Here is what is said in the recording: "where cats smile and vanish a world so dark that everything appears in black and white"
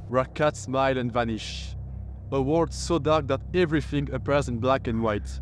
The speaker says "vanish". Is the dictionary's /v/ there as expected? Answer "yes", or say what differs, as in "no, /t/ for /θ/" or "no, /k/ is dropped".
yes